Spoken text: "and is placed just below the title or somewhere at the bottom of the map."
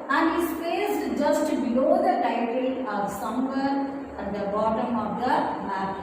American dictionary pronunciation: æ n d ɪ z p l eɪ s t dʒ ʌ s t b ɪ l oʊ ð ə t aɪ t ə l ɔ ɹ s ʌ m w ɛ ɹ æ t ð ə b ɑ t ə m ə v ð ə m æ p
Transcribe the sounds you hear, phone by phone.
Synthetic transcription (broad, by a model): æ n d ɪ s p eɪ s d dʒ ʌ s t b ɪ l oʊ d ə t aɪ t ə l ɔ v s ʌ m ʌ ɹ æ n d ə b ɑ t ə m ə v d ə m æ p